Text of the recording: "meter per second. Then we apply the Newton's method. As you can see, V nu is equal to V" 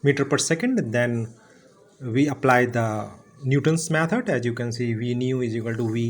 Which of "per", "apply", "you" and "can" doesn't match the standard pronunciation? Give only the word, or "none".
none